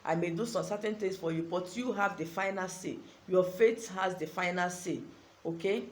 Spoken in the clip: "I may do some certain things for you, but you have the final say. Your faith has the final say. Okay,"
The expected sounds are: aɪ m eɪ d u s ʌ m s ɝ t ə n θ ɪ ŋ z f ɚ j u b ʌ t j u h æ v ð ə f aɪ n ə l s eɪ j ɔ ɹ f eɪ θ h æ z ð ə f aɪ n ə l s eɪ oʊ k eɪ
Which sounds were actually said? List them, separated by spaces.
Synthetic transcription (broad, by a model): aɪ m eɪ d u s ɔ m s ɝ t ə n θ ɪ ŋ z f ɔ j u b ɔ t j u h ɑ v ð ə f aɪ n ə l s eɪ j ɔ f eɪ t h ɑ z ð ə f aɪ n ə l s eɪ oʊ k eɪ